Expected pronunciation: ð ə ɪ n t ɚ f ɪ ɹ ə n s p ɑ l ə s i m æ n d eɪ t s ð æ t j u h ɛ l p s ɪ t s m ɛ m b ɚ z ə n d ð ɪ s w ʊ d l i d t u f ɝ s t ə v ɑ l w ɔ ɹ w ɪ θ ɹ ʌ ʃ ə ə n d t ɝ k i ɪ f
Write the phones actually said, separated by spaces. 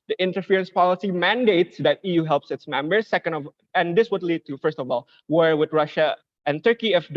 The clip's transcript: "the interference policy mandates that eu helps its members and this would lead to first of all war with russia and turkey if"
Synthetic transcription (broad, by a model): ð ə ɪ n t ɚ f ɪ ɹ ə n s p ɑ l ə s i m æ n d eɪ t s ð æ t j u h ɛ l p s ɪ t s m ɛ m b ɚ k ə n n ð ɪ s w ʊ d l i d t u f ɝ s t ə v ɑ l w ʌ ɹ w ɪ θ ɹ ʌ ʃ ə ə n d t ɝ k i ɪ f